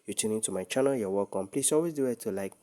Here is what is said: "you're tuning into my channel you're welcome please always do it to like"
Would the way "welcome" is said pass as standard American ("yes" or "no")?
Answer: no